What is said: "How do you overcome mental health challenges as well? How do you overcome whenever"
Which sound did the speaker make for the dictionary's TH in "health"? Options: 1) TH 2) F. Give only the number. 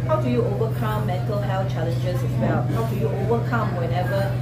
2